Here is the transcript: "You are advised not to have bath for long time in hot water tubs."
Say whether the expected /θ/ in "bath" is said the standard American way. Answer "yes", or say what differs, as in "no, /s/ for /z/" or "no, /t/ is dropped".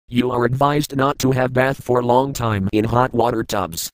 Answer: yes